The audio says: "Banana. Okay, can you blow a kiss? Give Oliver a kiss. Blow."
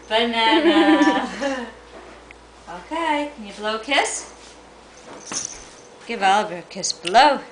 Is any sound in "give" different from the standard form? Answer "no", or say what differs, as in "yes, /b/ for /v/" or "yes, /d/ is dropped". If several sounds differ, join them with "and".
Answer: no